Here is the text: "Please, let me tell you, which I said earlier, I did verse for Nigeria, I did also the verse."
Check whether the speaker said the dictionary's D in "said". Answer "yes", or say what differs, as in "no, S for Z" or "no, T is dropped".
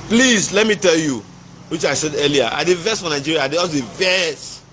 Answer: yes